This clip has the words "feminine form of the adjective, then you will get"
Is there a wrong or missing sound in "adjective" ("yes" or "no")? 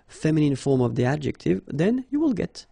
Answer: no